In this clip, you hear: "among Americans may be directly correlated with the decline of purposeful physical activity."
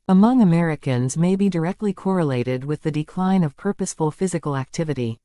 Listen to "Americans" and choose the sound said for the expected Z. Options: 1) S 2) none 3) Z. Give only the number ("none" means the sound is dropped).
3